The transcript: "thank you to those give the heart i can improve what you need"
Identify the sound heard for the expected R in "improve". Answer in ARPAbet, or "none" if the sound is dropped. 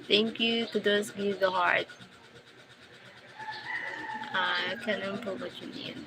none